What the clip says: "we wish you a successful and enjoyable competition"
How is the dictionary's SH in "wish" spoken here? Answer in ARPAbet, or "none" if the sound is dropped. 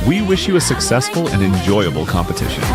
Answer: SH